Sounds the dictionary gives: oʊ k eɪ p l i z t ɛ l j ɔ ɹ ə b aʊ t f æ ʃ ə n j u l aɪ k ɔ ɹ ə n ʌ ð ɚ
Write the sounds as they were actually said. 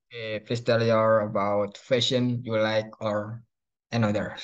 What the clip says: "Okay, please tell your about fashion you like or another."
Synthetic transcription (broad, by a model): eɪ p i s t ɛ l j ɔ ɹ ə b aʊ t f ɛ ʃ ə n j u l aɪ k ɔ ɹ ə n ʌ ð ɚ